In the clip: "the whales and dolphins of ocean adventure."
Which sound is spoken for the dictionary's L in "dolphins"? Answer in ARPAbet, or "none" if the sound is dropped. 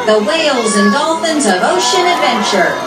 L